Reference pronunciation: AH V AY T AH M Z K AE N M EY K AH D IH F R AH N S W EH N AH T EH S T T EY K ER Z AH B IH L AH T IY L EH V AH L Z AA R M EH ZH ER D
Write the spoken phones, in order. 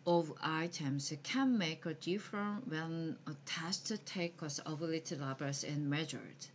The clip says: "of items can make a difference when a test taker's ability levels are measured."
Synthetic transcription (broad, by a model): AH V AY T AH M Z K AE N M EY K AH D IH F R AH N W EH N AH T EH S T T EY K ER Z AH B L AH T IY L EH B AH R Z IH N M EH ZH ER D